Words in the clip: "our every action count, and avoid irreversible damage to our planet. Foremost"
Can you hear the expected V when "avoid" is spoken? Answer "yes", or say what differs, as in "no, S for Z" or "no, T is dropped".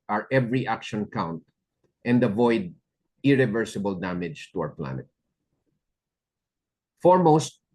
yes